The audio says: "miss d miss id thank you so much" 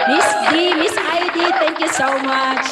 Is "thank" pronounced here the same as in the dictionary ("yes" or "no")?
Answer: no